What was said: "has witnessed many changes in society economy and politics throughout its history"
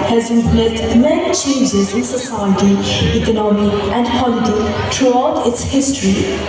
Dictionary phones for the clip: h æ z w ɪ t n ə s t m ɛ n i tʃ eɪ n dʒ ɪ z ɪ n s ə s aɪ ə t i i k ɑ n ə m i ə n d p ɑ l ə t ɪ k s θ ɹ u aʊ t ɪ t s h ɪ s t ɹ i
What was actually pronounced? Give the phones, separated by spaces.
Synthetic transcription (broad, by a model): h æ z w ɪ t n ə t m ɛ n i tʃ eɪ n dʒ ɪ z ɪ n s ə s aɪ ə t i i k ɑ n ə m i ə n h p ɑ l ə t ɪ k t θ ɹ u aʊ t ɪ t s h ɪ s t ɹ i